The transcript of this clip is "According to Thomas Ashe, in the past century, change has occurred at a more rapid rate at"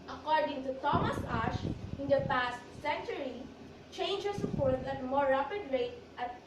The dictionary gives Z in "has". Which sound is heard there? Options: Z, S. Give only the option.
S